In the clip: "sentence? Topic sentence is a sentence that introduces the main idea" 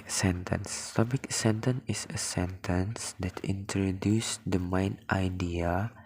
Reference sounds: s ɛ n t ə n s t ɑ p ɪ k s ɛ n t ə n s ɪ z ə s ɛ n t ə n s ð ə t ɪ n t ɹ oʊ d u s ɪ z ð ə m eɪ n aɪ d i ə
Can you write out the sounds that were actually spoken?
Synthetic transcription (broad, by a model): s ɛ n t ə n s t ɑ b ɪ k s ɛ n t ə n ɪ s ə s ɛ n t ə n s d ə t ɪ n t ɹ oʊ d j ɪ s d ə m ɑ n aɪ d i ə